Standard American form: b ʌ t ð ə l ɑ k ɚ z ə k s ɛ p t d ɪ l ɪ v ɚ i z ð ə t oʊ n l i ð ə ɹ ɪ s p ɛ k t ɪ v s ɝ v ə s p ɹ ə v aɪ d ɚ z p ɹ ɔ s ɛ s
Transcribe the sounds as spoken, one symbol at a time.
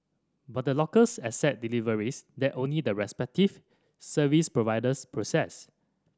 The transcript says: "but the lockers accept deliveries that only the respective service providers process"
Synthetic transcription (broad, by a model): b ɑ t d ə l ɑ k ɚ s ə s ɛ t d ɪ l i v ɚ i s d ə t oʊ n l i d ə ɹ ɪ s p ɛ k t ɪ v s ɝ v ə s p ɹ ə v aɪ d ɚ s p ɹ ɔ s ɛ s